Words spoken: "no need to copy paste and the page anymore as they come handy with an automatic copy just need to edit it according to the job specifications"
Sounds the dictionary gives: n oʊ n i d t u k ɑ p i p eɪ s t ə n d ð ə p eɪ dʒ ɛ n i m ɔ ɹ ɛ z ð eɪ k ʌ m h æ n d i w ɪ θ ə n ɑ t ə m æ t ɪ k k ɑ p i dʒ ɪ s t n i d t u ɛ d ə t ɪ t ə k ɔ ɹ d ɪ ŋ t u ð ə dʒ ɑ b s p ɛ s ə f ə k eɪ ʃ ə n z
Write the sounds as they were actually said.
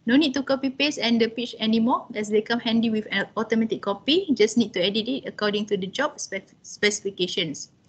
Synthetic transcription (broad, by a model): n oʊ n i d t u k ɑ p i p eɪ s ə n d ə p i tʃ ɛ n i m ɔ ɛ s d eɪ k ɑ m h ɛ n d i w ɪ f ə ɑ t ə m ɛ t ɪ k k ɑ p i dʒ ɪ s n i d t u ɛ d ə t ɪ t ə k ɔ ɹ d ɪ ŋ t u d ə dʒ ɑ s s p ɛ s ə f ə k eɪ ʃ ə n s